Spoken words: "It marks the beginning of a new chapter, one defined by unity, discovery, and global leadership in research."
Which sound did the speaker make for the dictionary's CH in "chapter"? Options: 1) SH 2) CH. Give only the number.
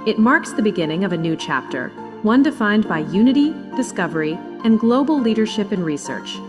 2